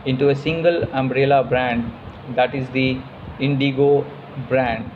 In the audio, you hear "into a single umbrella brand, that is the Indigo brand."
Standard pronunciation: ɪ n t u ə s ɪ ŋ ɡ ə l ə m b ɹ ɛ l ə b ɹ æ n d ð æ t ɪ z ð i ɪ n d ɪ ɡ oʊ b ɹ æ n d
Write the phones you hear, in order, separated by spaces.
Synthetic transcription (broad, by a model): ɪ n t u ə s ɪ ŋ ɡ ə l ə m b ɹ ɛ l ə b ɹ æ n d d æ t ɪ z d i ɪ n d ɪ ɡ oʊ b ɹ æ n d